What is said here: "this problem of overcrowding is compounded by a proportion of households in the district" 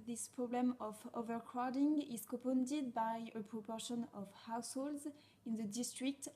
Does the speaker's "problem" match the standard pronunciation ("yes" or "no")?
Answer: yes